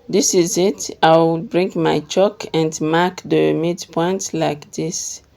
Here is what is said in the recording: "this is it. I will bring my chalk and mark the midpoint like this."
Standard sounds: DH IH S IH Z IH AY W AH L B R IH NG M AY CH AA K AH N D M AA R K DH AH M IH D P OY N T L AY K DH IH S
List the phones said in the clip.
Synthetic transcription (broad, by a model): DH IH S IH Z IH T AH W B R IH NG M AY CH AA K AH N D M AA K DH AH M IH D P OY N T L AY K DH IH S